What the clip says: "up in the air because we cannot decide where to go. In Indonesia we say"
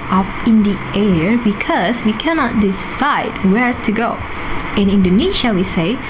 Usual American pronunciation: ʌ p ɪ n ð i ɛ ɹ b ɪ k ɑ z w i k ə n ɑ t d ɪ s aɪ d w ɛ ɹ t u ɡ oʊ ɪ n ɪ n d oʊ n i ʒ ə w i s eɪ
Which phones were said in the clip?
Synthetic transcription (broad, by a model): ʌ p ɪ n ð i ɛ ɹ b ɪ k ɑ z w i k ə n ɑ t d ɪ s aɪ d w ɛ ɹ t u ɡ oʊ ɪ n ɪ n d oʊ n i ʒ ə w i s eɪ